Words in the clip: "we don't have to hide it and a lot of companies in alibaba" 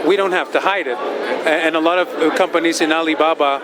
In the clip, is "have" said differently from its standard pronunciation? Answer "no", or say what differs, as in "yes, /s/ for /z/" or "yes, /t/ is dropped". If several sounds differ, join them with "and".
yes, /f/ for /v/